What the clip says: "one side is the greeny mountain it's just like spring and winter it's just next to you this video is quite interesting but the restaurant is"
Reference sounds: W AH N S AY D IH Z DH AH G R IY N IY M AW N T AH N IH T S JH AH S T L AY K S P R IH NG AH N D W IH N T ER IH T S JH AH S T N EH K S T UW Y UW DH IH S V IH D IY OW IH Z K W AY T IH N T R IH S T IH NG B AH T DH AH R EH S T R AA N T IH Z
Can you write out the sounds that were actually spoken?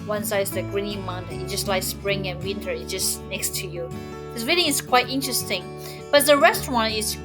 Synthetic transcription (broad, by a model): W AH N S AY IH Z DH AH G R IY N IY M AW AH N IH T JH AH S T L AY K S P R IH NG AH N W IH N T ER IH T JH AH S N EH K S T UW Y UW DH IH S W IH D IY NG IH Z K W AY T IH N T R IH S T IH NG B AH T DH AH R EH S T R AA N T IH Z